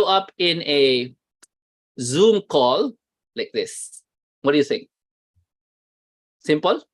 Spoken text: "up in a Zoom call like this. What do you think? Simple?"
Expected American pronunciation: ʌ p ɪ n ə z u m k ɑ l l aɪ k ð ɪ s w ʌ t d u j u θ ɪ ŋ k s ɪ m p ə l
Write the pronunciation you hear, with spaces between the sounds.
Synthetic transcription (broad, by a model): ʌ p ɪ n ə z u m k ɑ l l aɪ k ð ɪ s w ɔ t d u j u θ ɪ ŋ s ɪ m p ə l